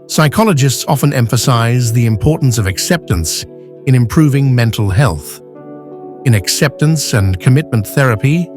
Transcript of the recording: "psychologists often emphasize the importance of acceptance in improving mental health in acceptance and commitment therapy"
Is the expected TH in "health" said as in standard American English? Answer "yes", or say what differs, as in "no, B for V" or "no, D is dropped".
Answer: yes